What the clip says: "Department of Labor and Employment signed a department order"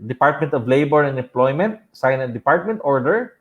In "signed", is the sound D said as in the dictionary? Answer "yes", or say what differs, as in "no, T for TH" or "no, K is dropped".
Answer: no, D is dropped